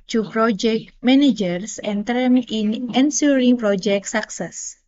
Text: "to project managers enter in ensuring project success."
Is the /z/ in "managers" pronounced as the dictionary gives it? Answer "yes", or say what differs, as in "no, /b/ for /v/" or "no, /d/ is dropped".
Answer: no, /s/ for /z/